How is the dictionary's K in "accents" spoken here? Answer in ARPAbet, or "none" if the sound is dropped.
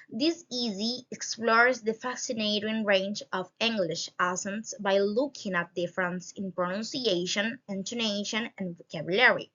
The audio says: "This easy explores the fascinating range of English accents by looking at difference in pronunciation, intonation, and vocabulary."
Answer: none